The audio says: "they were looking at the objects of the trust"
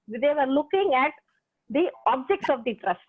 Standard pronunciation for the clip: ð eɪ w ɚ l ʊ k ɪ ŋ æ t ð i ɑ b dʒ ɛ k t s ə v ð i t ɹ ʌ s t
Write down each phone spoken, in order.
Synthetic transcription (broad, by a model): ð eɪ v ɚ l ʊ k ɪ ŋ æ t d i ɑ b dʒ ɛ k t s ə v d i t ɹ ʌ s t